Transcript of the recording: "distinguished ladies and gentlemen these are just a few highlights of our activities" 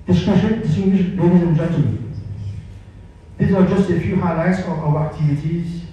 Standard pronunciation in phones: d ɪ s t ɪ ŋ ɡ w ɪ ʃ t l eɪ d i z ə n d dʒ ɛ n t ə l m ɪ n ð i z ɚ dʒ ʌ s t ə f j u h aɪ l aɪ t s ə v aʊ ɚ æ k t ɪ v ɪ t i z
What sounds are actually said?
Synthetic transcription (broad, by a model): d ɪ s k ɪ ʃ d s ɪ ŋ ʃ l eɪ d i z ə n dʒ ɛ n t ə m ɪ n ð i z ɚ dʒ ʌ s t ə f j u h aɪ l aɪ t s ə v aʊ ɚ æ k t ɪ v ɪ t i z